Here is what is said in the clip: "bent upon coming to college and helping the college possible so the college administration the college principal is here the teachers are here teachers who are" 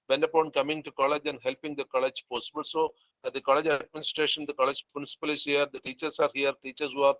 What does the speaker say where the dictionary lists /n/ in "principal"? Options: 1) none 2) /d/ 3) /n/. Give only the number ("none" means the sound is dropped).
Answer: 1